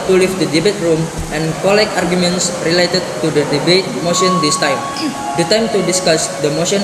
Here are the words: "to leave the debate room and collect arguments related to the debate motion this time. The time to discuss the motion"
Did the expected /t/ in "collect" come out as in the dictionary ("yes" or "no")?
no